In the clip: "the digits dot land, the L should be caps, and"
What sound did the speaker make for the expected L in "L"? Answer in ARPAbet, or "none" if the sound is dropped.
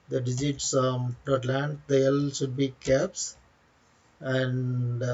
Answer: L